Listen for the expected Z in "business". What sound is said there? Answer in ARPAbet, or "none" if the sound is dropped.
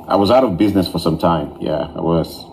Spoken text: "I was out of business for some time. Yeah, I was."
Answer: Z